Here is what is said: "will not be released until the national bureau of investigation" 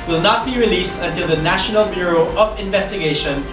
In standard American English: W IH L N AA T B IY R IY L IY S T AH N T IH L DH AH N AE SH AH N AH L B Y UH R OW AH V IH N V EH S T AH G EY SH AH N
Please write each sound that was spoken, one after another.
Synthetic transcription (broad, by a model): W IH L N AA T B IY R IY L IY S T AH N T IH L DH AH N AE SH AH N AH L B Y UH R OW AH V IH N V EH S T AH G EY SH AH N